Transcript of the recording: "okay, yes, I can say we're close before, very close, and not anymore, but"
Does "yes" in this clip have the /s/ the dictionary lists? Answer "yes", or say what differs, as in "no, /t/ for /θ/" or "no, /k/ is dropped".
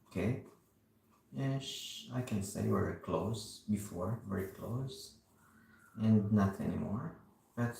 no, /ʃ/ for /s/